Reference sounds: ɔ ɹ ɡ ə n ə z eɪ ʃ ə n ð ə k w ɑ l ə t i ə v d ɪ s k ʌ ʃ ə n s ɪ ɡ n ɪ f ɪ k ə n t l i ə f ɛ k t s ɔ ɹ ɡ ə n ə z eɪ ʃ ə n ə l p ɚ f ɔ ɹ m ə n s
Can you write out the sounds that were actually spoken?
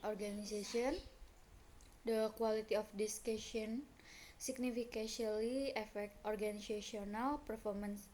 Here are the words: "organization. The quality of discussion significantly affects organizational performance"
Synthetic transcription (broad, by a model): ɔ ɹ ɡ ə n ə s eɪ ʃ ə n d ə k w ɑ l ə t i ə f d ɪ s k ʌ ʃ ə n s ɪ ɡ n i f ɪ k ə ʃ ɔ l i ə f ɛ k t ɔ ɹ ɡ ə n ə s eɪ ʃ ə n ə l p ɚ f ɔ ɹ m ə n s